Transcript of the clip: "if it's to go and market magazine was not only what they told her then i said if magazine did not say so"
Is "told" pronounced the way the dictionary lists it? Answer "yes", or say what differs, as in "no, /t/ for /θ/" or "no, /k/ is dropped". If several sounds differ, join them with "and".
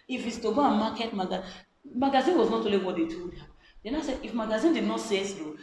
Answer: no, /l/ is dropped